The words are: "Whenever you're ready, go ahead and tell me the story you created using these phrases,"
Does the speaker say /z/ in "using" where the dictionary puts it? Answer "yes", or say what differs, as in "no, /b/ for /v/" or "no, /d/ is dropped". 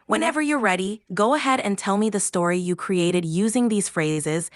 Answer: yes